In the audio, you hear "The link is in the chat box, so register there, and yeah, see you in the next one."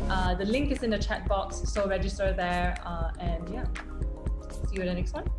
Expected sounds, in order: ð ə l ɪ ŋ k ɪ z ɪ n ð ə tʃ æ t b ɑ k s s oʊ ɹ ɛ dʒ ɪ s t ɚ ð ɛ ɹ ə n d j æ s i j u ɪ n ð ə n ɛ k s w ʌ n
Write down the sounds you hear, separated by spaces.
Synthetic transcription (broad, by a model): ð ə l ɪ ŋ k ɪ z ɪ n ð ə tʃ æ t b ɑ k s s oʊ ɹ ɛ dʒ ɪ s t ɚ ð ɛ ɹ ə n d j æ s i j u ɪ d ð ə n ɛ k s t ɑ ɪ